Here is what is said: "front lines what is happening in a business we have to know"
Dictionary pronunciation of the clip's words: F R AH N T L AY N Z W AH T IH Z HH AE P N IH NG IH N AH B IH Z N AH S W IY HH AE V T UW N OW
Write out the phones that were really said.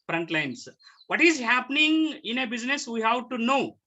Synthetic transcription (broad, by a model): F R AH N T L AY N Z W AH T IH Z HH AE P N IH NG IH N AH B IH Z N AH S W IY HH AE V T UW N OW